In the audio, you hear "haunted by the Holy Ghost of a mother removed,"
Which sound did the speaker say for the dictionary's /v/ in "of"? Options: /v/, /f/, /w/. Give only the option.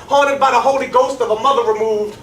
/v/